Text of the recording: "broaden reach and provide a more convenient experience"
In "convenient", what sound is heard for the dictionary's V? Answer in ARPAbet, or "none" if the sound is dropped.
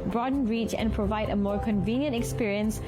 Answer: V